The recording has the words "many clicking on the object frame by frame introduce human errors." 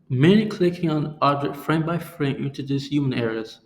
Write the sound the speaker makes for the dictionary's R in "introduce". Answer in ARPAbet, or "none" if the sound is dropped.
none